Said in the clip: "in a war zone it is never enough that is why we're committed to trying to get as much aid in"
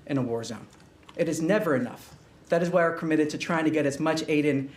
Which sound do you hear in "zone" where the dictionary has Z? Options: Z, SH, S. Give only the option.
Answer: Z